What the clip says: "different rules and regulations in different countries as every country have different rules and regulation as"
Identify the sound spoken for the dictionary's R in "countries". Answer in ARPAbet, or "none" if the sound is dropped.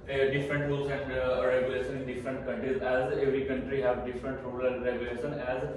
R